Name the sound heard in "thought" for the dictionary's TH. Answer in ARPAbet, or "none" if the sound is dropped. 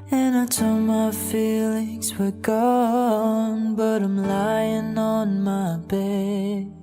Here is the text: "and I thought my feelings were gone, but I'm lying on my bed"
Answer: T